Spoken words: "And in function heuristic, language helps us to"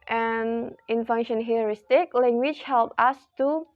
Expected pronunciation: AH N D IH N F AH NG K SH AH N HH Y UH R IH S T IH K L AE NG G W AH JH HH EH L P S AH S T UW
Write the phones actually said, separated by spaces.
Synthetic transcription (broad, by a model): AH N IH N F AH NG SH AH N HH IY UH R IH S T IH K L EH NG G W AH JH HH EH L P AH S T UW